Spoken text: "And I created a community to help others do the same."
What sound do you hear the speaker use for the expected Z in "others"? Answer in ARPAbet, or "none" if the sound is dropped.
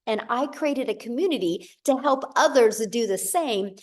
Z